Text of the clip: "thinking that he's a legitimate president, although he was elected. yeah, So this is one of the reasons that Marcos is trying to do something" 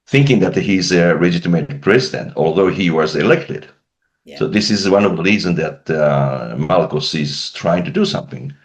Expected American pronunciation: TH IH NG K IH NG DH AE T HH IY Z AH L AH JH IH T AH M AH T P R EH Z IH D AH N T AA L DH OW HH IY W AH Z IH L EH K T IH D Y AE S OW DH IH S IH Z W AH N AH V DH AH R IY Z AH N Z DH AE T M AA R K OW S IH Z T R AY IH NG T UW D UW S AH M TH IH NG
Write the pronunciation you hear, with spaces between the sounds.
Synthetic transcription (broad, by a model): TH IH NG K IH NG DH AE T HH IY Z AH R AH JH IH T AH M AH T P R EH Z IH D AH N T AA L DH OW HH IY W AH Z IH L EH K T IH D S OW DH IH S IH Z W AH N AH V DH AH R IY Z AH N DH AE T M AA L K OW S IH Z T R AY IH NG T UW D UW S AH M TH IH NG